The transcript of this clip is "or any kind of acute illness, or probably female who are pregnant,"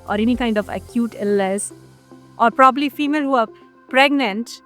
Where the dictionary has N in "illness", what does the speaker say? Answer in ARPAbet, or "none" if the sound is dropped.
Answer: none